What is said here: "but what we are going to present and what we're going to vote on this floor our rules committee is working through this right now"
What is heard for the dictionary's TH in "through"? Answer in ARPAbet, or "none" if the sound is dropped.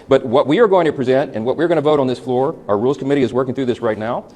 TH